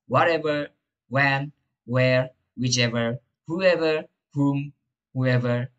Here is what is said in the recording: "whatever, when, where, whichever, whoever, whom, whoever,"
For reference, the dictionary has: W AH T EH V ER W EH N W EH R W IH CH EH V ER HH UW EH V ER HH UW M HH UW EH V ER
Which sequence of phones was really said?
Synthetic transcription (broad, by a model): W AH T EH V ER W EH N W EH R W IH CH EH V ER HH UW EH V ER HH UW M HH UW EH V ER